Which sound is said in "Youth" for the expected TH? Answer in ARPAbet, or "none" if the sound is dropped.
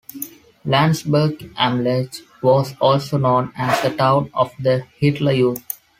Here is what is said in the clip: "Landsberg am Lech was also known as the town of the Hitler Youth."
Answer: T